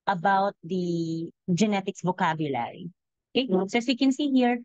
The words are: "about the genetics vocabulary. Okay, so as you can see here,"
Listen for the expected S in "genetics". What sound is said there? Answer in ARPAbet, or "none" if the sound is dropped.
S